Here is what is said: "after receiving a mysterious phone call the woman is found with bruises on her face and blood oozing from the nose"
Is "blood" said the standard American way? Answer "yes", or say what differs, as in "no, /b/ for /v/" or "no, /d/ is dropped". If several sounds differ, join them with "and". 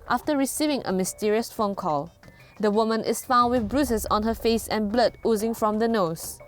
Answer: yes